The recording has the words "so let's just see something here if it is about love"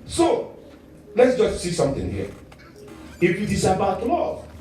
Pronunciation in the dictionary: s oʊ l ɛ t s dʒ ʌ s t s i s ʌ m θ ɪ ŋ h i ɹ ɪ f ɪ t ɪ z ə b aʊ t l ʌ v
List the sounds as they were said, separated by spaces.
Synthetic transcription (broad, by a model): s oʊ l ɛ t s dʒ ʌ s t s i s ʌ m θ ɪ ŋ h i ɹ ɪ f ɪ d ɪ s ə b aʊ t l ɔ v